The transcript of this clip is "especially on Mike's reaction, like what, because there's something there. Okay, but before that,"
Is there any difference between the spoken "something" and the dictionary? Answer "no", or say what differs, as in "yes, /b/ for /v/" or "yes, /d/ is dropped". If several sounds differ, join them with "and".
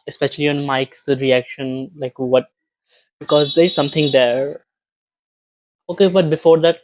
yes, /t/ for /θ/